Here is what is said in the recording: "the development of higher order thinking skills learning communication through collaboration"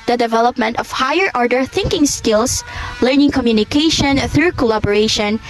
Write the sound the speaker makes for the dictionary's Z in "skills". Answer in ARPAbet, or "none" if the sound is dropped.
S